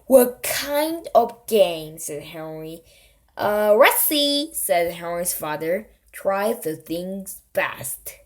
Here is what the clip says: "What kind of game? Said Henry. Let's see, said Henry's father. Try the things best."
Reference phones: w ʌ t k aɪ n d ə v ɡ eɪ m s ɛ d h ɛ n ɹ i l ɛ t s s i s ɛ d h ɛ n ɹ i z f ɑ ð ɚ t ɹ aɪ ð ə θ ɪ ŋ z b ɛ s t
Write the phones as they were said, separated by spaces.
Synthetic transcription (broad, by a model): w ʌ k aɪ n d ə v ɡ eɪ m s ɛ d h ɛ n ɹ i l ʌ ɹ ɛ s i s ɛ d h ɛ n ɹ i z f ɑ ð ɚ t ɹ aɪ ð ə θ ɪ ŋ z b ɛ s t